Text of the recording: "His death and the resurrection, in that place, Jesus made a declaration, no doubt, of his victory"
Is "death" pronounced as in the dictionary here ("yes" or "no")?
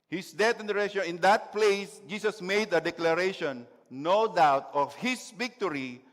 no